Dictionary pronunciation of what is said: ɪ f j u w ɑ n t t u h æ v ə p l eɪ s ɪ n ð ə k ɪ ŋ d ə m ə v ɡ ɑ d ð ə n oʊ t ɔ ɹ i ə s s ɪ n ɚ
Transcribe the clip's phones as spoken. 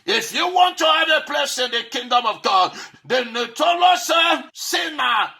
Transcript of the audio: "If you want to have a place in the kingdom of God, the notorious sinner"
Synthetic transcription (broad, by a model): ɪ f j u w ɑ n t t u h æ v ə p l eɪ s ɪ n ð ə k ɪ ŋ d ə m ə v ɡ ɑ d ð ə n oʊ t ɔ l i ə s s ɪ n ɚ